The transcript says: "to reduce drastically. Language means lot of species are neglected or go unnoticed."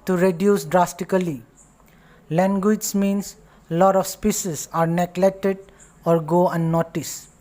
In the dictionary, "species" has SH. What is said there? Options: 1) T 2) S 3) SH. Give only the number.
2